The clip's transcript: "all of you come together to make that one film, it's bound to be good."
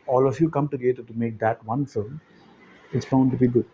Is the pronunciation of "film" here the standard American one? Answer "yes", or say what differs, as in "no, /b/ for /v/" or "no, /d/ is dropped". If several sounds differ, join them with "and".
no, /l/ is dropped